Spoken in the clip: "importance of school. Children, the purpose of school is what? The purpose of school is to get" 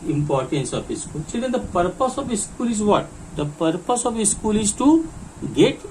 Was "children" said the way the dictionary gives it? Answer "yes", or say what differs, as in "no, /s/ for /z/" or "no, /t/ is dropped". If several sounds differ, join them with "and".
no, /s/ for /tʃ/ and /l/ is dropped and /ɹ/ is dropped